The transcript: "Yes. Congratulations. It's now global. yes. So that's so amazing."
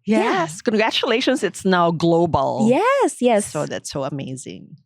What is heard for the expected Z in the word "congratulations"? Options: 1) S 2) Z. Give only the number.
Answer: 2